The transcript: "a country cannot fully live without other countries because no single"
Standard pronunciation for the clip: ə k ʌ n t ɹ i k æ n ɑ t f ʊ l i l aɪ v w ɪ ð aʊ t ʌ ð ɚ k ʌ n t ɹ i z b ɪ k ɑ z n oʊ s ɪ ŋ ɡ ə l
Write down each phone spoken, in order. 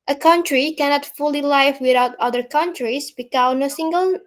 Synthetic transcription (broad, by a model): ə k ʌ n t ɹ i k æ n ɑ t f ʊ l i l aɪ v w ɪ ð aʊ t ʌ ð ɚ k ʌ n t ɹ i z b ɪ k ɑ n oʊ s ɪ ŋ ɡ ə l